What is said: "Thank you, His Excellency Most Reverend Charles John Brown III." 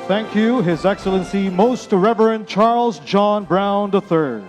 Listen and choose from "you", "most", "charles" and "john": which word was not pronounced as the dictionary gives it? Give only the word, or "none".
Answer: none